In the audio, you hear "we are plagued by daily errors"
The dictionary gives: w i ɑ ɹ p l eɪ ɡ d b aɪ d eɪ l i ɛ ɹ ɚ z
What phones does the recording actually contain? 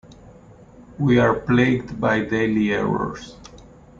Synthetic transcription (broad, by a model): w i ɑ ɹ p l eɪ ɡ d b aɪ d eɪ l i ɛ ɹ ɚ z